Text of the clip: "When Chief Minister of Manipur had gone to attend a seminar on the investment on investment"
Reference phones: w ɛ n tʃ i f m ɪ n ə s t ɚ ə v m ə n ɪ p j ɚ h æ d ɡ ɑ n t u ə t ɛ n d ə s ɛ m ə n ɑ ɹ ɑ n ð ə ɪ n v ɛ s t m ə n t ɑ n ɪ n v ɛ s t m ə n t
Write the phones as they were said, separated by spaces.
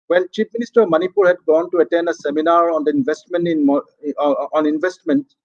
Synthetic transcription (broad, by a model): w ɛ n tʃ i p m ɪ n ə s t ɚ ə v m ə n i p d h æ d ɡ ɑ n t u ə t ɛ n d ə s ɛ m ə n ɑ ɹ ɑ n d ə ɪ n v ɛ s t m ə n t ɑ n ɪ n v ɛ s t m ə n t